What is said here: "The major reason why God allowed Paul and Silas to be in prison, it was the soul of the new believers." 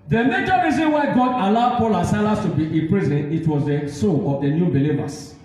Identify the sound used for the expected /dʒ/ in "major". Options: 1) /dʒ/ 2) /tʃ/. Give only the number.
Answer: 2